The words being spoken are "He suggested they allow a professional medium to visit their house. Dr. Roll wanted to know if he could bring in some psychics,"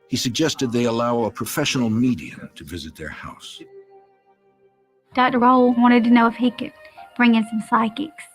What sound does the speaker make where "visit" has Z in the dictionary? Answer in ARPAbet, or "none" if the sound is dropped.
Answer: Z